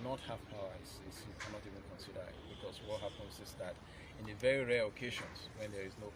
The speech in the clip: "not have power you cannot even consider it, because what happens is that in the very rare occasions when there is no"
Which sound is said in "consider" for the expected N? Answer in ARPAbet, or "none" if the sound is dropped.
N